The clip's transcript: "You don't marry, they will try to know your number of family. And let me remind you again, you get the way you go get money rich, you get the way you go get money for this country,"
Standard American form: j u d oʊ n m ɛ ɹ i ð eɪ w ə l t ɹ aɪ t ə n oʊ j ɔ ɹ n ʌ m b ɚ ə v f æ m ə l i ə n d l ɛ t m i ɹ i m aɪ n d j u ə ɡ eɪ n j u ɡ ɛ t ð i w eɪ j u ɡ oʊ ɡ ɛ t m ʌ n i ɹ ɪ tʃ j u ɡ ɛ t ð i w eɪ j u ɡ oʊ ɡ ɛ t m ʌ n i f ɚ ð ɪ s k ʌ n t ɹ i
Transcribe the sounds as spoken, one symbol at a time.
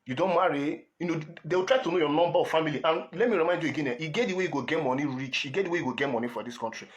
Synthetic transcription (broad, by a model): j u d oʊ n m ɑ ɹ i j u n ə w t ɹ aɪ t ə n oʊ j ɔ n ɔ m b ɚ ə f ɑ m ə l i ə n l ɛ t m i ɹ i m aɪ n d j u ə ɡ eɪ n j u ɡ ɛ t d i w eɪ j u ɡ oʊ ɡ ɛ t m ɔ n i ɹ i tʃ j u ɡ ɛ t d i w eɪ j u ɡ oʊ ɡ ɛ t m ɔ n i f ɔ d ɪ s k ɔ n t ɹ i